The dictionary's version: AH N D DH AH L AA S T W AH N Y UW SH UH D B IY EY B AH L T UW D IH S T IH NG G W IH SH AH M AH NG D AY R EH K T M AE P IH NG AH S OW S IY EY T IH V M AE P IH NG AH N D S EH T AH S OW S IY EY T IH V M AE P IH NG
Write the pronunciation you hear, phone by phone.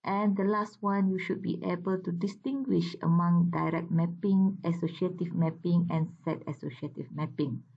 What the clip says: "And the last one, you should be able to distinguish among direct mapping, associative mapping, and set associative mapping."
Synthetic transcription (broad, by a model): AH N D AH L AA S T W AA N Y UW SH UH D B IY EY B AH L T UW D IH S T IH NG G W IH SH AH M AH NG D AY R EH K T M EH P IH NG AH S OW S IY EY T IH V M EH P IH NG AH N S EH T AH S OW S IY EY T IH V M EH P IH NG